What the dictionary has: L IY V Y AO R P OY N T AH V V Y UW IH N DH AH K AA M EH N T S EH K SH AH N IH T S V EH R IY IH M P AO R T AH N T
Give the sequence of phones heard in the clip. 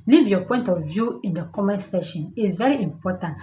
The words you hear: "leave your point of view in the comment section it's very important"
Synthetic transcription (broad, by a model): L IY V Y AO P OY N T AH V V Y UW IH N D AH K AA M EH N S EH SH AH N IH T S V EH R IY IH M P AO T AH N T